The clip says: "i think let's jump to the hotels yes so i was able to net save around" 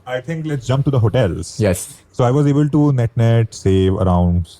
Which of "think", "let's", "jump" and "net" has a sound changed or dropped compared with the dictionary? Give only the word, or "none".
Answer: think